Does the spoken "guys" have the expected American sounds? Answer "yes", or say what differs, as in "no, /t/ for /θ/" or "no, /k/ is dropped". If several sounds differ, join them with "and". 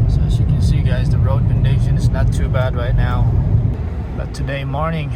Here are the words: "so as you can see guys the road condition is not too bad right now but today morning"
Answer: yes